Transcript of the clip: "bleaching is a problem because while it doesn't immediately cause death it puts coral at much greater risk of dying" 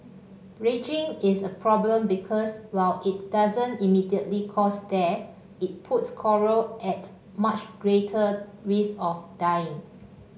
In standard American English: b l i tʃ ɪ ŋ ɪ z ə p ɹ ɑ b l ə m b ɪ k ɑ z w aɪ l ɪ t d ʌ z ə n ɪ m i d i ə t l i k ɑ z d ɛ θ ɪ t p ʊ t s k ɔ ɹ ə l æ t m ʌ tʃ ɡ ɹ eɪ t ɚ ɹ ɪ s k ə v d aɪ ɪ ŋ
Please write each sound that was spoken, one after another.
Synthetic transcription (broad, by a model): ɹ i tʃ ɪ ŋ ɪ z ə p ɹ ɑ b l ə m b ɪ k ɑ s w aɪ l ɪ t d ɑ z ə n ɪ m i d i ə t l i k ɑ s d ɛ ɪ t p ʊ t s k ɔ ɹ ə l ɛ t m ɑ tʃ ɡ ɹ eɪ t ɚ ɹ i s ə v d aɪ ɪ ŋ